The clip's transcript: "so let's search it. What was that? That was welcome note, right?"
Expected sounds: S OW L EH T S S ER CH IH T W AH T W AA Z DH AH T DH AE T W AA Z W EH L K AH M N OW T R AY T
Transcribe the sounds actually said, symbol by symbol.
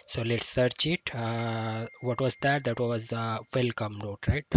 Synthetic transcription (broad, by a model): S OW L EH T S S ER CH IH T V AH T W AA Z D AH T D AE T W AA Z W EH L K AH M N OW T R AY T